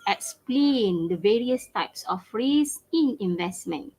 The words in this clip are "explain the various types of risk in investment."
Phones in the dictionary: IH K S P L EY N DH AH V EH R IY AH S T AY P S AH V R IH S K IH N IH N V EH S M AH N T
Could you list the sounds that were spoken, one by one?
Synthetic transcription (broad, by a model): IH K S P L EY N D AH V EH R IY AH S T AY P S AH F R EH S IH N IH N V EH S M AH N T